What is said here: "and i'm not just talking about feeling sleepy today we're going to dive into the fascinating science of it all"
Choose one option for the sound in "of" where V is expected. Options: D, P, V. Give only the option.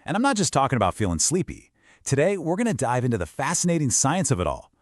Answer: V